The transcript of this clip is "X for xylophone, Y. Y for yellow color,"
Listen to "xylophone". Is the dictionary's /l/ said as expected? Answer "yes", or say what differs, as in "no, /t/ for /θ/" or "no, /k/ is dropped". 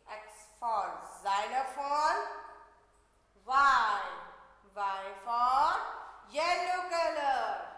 no, /n/ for /l/